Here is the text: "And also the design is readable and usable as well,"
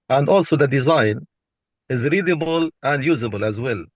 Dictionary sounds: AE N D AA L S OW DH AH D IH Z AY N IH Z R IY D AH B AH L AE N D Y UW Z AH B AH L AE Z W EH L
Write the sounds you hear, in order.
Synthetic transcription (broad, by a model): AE N D AA L S OW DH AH D IH Z AY N IH Z R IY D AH B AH L AE N D Y UW Z AH B AH L AE Z W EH L